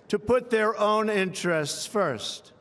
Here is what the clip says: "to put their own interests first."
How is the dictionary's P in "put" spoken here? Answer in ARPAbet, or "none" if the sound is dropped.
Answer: P